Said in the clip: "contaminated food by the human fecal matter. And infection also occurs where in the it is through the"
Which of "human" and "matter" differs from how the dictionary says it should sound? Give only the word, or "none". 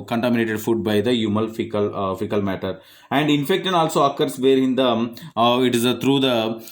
human